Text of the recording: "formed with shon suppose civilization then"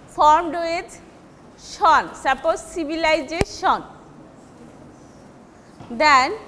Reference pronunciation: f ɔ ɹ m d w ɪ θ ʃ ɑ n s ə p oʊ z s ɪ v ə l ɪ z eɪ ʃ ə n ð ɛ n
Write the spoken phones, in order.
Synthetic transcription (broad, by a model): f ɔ ɹ m d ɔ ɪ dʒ ʃ ɑ n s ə p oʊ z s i b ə l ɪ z eɪ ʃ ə n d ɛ n